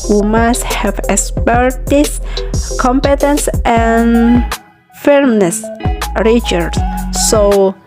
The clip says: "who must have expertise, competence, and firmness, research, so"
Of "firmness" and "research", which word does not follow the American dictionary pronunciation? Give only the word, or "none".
research